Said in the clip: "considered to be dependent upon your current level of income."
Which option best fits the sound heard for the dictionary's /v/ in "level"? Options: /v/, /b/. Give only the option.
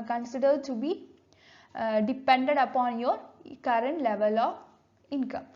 /v/